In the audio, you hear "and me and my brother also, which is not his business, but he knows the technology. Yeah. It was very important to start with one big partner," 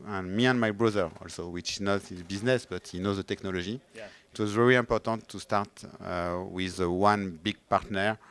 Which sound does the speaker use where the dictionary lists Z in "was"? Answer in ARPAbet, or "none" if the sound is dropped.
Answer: Z